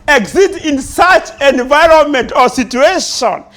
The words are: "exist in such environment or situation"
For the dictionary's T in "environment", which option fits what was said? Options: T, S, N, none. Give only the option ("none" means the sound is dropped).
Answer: T